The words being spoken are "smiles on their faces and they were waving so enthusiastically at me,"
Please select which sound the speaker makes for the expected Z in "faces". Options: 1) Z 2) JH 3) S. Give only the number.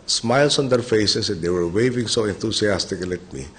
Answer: 3